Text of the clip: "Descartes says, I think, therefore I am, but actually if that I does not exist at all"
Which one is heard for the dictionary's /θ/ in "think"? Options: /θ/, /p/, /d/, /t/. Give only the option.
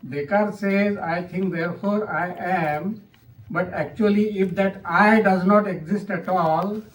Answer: /t/